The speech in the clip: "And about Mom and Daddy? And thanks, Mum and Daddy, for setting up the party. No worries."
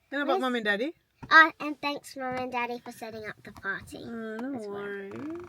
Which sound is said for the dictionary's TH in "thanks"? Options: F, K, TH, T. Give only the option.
TH